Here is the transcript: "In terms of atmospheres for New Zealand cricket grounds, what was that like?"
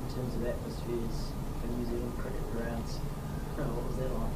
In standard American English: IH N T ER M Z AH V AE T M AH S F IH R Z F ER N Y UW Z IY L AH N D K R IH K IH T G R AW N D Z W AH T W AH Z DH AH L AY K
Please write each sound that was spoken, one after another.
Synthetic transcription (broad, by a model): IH N T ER M Z AH V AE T M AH S F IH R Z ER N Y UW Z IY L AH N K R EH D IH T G R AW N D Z W AH T W AH Z DH AH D